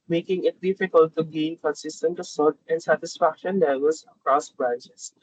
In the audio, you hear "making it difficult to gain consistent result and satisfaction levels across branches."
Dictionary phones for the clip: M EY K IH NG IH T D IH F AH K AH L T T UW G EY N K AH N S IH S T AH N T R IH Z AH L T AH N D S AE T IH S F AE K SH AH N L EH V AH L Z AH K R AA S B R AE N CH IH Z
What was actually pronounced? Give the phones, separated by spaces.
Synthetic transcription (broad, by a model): M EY K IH NG IH T D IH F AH K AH L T T UW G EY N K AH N S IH S T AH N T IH S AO T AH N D S AE T IH S F AE K SH AH N L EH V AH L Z AH K R AA S B R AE N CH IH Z